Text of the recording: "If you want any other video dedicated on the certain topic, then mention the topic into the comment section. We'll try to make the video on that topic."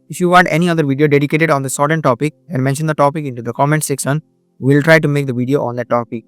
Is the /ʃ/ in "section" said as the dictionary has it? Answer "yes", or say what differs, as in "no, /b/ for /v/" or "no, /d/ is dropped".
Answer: no, /s/ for /ʃ/